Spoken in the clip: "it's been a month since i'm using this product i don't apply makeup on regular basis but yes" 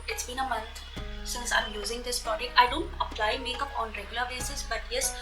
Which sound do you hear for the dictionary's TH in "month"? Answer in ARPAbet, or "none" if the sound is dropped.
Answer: T